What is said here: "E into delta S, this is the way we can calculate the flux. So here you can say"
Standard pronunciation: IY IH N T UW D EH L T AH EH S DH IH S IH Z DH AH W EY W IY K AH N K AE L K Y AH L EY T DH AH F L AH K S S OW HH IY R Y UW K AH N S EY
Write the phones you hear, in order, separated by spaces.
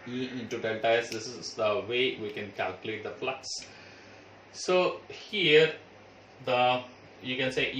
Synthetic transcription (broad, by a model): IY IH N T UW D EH N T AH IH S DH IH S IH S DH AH W EY W IY K AH N K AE L K Y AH L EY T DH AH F L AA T S S OW HH IY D Y UW K AH N S EY